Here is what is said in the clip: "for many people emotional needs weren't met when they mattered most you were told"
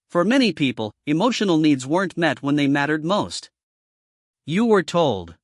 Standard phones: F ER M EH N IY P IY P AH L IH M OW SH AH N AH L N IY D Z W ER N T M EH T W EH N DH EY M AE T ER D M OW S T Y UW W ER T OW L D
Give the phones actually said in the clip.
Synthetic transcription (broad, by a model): F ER M EH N IY P IY P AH L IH M OW SH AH N L N IY D Z W ER N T M EH T W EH N DH EY M AE T ER D M OW S T Y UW W ER T OW L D